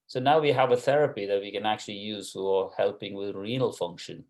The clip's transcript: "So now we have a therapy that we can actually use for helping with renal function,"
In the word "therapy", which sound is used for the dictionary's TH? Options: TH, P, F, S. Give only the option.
TH